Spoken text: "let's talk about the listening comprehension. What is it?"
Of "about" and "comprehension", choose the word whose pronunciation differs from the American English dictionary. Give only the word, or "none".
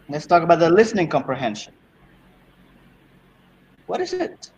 none